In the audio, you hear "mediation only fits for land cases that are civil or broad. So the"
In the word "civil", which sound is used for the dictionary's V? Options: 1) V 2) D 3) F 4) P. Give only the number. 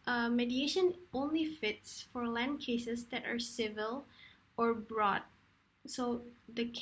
1